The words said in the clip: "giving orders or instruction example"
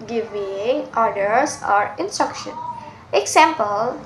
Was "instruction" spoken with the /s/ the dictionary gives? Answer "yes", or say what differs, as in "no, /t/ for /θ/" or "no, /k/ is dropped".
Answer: yes